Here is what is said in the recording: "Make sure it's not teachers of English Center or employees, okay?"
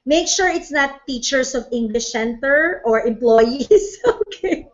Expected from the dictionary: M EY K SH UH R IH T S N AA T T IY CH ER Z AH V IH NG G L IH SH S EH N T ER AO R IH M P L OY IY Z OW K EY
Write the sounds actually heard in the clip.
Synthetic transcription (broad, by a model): M EY K SH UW R IH T S N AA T T IY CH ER S AH V IH NG G L IH SH S EH N T ER AO R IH M P L OY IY S OW K EY